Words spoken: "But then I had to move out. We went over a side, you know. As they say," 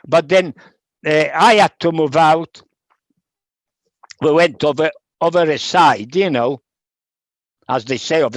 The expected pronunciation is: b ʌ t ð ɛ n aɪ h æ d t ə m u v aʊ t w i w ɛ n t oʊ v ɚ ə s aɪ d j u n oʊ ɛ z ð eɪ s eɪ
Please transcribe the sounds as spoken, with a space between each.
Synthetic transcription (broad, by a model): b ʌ t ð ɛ n aɪ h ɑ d t ə m u v aʊ t w i w ɛ n t oʊ v ɚ ə s aɪ d j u n oʊ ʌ z ð eɪ s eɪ